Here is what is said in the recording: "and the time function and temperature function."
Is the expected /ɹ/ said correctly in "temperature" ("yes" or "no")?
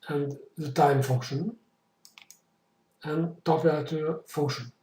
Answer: no